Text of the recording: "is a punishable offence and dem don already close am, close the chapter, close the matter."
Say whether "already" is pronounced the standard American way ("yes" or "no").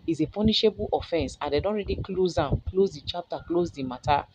yes